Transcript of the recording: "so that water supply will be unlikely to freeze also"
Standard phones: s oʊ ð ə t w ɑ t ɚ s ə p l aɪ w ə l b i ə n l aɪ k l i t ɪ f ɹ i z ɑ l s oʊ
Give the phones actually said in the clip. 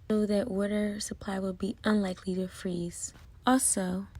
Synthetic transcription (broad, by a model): oʊ ð ə t w ɑ t ɚ s ə p l aɪ w ə l b i ə n l aɪ k l i t ɪ f ɹ i z ɑ l s oʊ